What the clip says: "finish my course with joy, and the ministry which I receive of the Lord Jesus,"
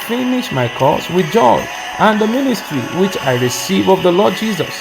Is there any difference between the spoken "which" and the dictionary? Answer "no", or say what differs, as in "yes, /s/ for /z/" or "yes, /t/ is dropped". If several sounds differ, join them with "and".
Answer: no